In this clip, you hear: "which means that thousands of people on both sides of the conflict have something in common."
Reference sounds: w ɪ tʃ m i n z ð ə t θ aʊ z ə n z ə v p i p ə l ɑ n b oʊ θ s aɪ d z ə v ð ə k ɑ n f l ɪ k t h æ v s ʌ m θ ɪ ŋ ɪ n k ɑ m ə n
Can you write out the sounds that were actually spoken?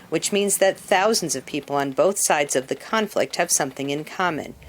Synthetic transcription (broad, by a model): w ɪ tʃ m i n z ð ə t θ aʊ z n z ə v p i p l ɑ n b oʊ θ s aɪ d z ə v ð ə k ɑ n f l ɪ k t h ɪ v s ʌ m θ ɪ ŋ ɪ n k ɑ m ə n